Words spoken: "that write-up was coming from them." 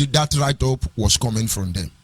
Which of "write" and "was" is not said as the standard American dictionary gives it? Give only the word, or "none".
was